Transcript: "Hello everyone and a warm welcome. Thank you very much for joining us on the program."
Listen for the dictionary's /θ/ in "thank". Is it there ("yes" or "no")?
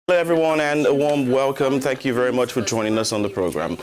yes